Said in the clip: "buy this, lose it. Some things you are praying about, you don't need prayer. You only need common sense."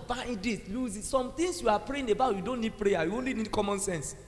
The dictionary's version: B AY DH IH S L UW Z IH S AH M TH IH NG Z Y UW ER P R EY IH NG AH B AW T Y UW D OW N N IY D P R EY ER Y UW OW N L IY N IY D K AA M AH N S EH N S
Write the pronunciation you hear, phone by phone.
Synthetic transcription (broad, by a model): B AY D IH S L UW Z IH S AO M T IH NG S Y UW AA P R EY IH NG AH B AW T Y UW D OW N N IY D P R EY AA Y UW OW N L IY N IY D K AA M AH N S EH N S